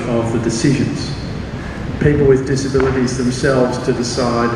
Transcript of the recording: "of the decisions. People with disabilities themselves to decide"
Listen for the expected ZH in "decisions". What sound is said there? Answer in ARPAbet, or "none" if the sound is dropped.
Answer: ZH